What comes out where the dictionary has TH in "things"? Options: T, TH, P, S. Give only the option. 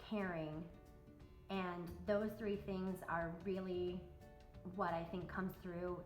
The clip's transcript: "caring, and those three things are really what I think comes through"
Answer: TH